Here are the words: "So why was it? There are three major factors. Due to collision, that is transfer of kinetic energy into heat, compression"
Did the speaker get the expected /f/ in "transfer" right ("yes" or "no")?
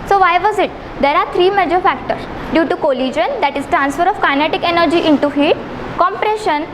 yes